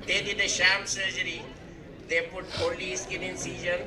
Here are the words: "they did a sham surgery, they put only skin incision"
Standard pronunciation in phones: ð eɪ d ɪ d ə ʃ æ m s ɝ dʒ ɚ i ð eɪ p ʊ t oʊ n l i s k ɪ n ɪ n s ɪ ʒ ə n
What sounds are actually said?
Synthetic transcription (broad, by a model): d eɪ d ɪ d ə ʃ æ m s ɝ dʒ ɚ i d eɪ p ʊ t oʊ l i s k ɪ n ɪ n s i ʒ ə n